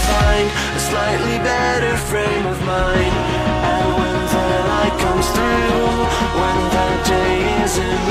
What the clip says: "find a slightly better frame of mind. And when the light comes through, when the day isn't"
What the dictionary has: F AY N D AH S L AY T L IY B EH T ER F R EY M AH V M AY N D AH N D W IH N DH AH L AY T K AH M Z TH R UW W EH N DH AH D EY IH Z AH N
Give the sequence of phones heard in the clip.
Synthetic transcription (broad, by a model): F AY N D AH S L AY T L IY B EH T ER F R EY M AH V M AY N AH W IH N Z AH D AY K AH M Z TH R UW W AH N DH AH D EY IH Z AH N